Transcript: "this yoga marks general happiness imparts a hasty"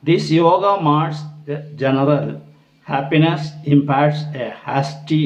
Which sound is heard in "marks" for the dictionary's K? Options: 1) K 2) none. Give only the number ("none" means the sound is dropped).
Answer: 2